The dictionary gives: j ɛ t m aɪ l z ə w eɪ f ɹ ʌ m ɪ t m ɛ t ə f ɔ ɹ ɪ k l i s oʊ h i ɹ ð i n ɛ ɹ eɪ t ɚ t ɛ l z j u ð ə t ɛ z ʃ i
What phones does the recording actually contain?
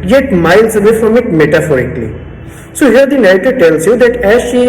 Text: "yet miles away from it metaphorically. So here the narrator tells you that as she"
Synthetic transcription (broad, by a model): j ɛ t m aɪ l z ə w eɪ f ɹ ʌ m ɪ t m ɛ t ə f ɔ ɹ ɪ k l i s oʊ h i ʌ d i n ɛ ɪ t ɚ t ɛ l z j u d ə t ɛ z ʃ i